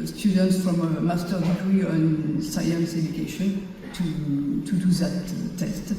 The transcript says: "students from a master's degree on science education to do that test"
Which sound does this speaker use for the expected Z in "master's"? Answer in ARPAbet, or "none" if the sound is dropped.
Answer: none